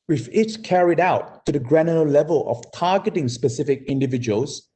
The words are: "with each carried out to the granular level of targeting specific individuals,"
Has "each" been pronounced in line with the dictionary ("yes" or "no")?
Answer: no